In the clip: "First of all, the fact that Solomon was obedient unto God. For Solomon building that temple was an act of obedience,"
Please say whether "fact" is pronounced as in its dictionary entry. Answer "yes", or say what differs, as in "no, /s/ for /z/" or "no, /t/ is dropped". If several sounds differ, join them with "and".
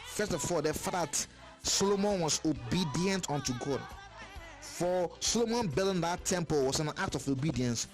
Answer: no, /k/ is dropped